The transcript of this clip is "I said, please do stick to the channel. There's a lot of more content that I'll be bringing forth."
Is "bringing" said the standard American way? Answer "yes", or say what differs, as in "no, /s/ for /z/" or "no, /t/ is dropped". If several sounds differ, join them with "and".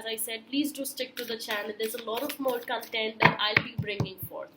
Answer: yes